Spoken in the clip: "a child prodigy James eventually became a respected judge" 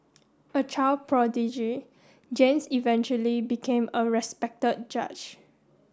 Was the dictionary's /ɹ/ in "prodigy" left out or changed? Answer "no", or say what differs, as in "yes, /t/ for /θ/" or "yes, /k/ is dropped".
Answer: no